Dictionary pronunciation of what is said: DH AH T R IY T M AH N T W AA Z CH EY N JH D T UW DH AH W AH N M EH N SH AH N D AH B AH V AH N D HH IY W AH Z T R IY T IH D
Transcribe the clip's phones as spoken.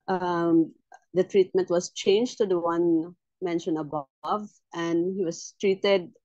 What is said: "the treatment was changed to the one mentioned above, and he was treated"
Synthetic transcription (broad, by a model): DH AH T R IY T M AH N T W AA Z CH EY N JH T UW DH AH W AH N M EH N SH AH N AH B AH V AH N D HH IY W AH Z T R IY T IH D